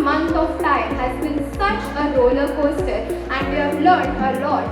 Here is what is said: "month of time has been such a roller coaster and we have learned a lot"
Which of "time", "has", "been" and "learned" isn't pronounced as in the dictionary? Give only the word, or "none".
learned